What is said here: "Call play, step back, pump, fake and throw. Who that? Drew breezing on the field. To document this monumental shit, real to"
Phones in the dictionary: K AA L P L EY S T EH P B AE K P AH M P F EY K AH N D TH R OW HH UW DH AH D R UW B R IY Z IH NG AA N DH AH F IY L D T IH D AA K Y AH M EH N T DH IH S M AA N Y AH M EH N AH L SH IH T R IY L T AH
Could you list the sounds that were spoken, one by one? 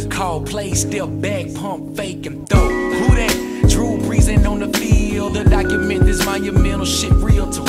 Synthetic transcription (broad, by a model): K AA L P L EY S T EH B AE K P AH M P F EY K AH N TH OW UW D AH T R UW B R IY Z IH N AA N DH AH F IY L D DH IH D AA K Y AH M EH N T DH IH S M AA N Y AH M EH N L SH IH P R IY L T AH